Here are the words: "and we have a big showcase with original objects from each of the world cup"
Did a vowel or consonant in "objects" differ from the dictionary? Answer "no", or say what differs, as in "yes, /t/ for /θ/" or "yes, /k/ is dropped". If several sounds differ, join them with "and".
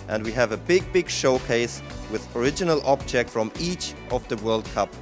yes, /s/ is dropped